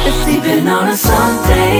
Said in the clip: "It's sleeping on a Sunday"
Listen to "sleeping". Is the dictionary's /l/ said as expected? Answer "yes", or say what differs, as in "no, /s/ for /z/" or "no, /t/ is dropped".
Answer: no, /l/ is dropped